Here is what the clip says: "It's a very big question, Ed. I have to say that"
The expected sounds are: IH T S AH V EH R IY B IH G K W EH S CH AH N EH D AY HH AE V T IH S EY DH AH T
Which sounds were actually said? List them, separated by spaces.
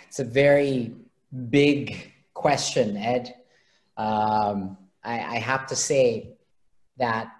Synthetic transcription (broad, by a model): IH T S AH V EH R IY B IH G K W EH S CH AH N EH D AY HH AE F T IH S EY DH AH T